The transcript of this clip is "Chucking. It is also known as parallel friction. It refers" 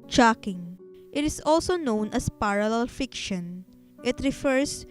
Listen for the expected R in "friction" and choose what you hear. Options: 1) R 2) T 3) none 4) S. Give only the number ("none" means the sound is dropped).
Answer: 3